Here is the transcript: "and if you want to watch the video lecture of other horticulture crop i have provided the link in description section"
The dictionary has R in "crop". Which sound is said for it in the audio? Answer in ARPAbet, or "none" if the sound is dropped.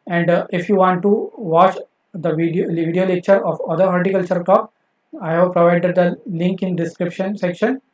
none